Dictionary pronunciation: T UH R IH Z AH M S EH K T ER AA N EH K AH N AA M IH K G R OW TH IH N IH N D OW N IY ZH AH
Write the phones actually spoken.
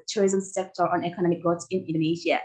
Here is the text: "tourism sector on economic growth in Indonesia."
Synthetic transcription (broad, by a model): T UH R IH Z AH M S EH K T ER AA N EH K AH N AA M IH K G OW S IH N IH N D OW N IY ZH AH